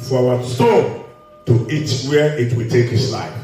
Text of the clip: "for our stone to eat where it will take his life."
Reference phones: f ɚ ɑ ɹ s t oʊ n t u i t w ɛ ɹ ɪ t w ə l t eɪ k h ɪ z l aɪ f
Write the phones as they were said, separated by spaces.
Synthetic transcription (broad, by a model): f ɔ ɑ w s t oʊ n t u i t w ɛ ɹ ɪ t w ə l t eɪ k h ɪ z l aɪ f